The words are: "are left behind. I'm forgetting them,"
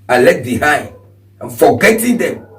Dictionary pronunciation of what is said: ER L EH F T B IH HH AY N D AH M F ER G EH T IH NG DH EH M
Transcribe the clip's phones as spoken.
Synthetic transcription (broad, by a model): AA L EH T B IH HH AY N D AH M F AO G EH T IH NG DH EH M